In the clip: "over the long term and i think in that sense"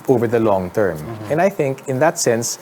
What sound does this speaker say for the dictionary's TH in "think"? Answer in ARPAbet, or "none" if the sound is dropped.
TH